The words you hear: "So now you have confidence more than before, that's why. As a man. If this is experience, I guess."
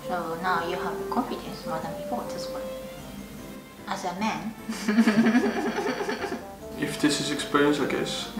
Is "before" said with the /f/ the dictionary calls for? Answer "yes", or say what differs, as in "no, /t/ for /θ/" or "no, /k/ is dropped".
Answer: no, /p/ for /f/